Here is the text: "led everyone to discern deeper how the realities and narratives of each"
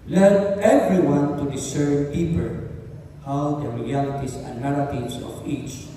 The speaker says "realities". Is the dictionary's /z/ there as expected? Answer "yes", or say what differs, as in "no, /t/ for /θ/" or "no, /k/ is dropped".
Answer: no, /s/ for /z/